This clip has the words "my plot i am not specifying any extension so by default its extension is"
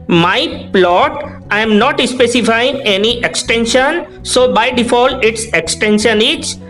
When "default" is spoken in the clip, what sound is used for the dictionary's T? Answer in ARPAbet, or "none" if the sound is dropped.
none